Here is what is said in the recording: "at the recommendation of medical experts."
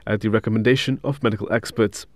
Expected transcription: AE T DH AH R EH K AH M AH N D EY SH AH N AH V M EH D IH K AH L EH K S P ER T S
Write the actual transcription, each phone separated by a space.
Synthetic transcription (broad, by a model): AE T DH AH R EH K AH M AH N D EY SH AH N AH V M EH D IH K AH L EH K S P ER T S